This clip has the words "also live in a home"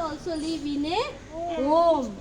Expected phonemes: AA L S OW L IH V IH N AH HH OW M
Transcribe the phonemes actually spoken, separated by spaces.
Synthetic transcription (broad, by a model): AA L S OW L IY B IH N AH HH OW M